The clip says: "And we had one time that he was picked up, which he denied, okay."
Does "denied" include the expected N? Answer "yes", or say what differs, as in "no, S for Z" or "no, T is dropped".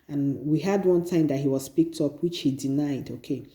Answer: yes